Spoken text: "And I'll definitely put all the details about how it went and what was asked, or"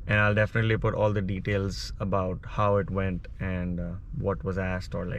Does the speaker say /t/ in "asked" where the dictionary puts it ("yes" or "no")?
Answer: yes